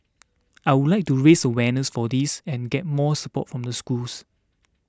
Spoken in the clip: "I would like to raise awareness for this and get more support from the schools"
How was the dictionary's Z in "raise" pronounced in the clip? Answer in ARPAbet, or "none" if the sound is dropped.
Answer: S